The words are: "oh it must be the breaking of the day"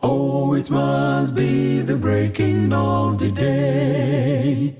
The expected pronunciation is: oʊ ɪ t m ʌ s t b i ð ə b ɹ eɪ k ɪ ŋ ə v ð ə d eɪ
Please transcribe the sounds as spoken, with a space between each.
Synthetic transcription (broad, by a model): oʊ ɪ t m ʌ s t b i ð ə b ɹ eɪ k ɪ ŋ ə v ð ə d eɪ